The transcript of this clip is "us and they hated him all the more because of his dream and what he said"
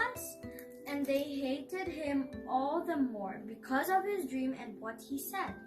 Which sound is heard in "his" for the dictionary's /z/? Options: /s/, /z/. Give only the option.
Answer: /z/